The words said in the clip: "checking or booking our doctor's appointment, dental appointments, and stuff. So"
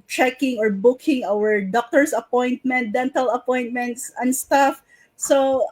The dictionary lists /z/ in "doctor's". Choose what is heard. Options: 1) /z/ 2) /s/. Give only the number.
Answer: 2